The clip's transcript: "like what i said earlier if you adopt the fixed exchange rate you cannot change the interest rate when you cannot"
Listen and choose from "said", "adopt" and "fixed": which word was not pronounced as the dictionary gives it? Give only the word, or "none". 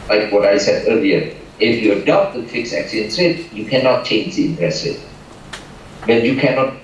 fixed